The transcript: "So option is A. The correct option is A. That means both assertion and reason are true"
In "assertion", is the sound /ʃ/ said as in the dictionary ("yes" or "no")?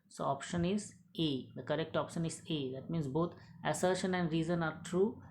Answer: yes